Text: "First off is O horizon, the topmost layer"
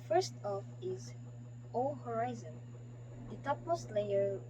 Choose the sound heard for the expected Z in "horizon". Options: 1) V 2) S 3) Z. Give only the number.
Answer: 3